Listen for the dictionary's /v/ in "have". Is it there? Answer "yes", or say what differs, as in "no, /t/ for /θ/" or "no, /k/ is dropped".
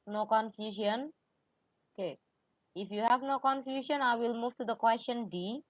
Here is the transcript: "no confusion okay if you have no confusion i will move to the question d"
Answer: yes